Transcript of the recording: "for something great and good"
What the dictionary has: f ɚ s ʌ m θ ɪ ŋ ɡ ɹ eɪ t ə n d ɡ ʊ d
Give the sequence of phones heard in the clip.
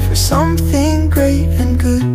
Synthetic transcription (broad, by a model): f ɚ s ʌ m θ ɪ ŋ ɡ ɹ eɪ t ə n ɡ ʊ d